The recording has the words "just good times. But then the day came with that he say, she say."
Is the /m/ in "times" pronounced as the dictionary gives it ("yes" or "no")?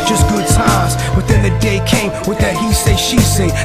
no